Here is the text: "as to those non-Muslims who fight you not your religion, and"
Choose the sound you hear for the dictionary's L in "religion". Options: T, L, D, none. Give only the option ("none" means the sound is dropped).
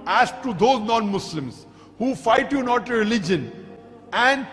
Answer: L